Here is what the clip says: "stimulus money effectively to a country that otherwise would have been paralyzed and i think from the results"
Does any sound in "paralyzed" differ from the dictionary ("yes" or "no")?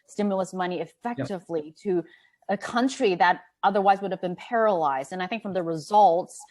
no